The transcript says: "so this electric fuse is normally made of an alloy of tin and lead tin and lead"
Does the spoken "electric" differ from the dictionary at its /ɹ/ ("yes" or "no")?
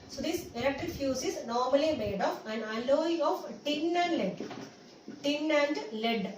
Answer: yes